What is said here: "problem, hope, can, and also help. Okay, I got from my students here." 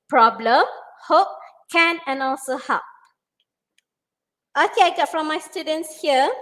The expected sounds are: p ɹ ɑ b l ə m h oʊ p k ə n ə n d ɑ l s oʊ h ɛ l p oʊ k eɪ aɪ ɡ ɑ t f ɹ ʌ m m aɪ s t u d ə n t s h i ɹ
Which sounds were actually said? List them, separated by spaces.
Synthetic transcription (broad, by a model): p ɹ ɑ b l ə m h oʊ p k ə n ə n ɑ l s oʊ h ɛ p oʊ k eɪ aɪ ɡ ɑ t f ɹ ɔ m m aɪ s t u d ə n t s h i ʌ